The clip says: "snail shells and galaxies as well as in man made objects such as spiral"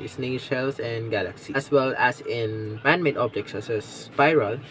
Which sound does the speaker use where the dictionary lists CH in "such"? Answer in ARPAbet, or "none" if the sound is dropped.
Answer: S